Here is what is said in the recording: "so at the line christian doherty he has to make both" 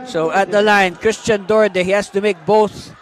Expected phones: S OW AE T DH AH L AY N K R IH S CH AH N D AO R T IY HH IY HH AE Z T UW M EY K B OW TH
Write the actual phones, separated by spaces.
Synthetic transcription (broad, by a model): S OW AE T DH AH L AY N K R IH S CH AH N D AO R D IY HH IY HH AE S T UW M EY K B OW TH